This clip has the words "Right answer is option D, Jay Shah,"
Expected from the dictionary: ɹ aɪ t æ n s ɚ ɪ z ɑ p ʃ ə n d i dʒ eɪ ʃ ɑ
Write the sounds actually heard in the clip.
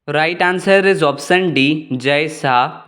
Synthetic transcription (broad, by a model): ɹ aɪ t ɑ n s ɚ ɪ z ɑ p s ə n d i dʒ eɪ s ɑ